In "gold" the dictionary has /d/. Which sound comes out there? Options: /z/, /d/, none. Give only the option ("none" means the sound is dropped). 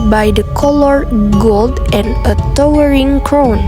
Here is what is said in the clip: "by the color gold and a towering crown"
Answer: /d/